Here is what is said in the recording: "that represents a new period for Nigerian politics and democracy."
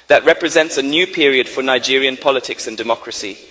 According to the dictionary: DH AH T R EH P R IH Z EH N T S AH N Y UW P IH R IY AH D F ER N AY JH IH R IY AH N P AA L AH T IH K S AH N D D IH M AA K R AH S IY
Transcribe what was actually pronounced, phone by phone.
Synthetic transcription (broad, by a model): DH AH T R EH P R IH Z EH N T S AH N Y UW P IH R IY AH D F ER N AY JH IH R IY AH N P AA L AH T IH K S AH N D D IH M AA K R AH S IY